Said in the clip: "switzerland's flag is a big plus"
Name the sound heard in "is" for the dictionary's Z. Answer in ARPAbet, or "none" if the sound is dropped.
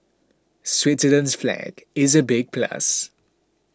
Z